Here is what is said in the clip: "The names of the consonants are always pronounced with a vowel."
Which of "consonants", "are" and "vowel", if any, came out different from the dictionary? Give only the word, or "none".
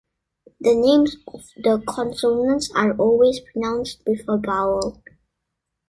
vowel